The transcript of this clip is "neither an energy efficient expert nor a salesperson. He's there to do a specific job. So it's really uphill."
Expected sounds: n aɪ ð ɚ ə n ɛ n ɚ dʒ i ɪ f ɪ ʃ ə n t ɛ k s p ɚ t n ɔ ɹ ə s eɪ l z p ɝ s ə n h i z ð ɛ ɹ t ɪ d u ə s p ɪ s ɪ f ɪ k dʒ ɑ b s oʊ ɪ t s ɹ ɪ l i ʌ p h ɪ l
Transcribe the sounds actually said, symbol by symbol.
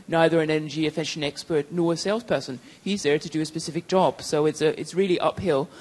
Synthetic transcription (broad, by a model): n aɪ ð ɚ ə n ɛ n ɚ dʒ i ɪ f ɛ ʃ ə n ɛ k s p ɚ t n ɔ ɹ ə s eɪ l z p ɝ s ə n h i z ð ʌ ɹ t ɪ d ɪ ə s p ɪ s ɪ f ɪ k dʒ ɑ b s oʊ ɪ t s ɹ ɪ l i ʌ p h ɪ l